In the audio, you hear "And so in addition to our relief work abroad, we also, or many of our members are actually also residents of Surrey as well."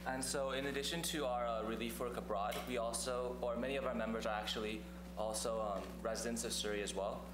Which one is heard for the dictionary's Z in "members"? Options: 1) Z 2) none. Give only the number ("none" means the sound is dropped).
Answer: 1